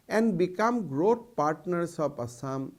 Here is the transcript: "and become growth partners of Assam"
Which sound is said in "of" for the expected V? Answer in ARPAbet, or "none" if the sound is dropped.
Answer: P